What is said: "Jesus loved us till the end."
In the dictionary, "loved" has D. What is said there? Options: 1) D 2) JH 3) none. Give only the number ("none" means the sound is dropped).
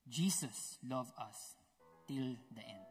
3